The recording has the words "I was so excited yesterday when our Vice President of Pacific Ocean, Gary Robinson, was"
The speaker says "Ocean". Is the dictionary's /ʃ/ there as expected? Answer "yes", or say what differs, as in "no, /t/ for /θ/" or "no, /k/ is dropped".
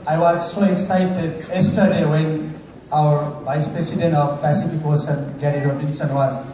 no, /s/ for /ʃ/